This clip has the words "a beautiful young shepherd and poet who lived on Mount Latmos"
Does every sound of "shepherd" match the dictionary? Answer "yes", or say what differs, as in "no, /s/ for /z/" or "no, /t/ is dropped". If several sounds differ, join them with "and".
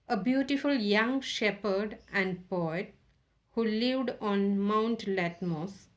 yes